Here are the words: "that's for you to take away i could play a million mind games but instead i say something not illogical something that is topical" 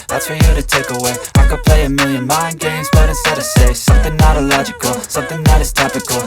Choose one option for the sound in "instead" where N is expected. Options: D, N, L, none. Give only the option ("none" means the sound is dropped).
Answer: none